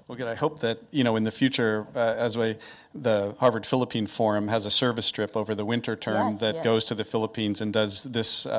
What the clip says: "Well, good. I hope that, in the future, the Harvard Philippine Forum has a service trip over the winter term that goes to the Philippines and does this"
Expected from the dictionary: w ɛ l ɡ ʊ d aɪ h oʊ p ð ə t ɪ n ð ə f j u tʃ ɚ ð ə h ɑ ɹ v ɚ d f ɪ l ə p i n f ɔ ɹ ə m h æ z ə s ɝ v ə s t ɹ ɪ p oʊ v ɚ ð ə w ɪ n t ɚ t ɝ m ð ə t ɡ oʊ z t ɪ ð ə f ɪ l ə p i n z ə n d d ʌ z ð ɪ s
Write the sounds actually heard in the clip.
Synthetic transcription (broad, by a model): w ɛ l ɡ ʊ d aɪ h oʊ p ð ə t ɪ n ð ə f j u tʃ ɚ ð ə h ɑ ɹ v ɚ d f ɪ l ə p i n f ɔ ɹ ə m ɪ z ə s ɝ v ə s t ɹ ɪ p oʊ v ɚ ð ə w ɪ n t ɚ t ɝ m ð ə t ɡ oʊ z t ɪ ð ə f ɪ l ə p i n z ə n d d ʌ z ð ɪ s